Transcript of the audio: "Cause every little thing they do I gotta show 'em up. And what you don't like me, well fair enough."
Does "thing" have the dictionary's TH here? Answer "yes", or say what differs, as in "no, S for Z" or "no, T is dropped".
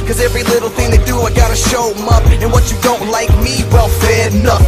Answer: yes